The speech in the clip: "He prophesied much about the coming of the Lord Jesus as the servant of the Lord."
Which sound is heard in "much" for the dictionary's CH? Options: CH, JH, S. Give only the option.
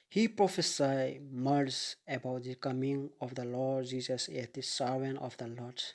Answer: S